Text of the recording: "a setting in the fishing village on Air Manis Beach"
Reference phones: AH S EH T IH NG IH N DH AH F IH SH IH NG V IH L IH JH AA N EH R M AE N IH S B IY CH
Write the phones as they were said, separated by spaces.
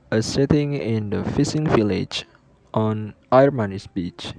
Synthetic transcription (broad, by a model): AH S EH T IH NG IH N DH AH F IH S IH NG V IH L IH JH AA N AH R M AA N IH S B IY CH